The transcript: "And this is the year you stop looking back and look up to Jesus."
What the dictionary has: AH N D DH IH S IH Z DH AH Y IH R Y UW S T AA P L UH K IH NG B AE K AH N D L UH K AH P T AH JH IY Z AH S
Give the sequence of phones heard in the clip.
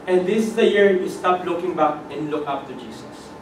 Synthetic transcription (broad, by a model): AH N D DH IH S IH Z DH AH Y IH R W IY S T AA P L UH K IH NG B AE K AH N D L UH K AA F T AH JH IY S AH S